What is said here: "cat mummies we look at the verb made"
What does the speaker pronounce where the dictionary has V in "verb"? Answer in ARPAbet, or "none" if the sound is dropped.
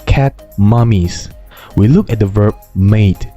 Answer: V